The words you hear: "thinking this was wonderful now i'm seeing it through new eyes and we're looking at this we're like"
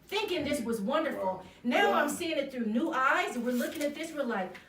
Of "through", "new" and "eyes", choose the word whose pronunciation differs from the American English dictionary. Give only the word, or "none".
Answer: none